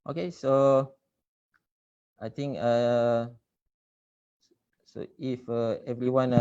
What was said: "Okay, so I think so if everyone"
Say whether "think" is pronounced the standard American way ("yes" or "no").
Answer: no